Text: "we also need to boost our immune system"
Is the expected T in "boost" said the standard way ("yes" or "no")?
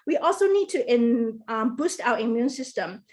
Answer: yes